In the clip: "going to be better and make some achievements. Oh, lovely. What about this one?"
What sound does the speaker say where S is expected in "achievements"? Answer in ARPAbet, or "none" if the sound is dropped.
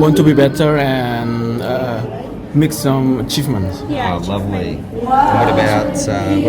none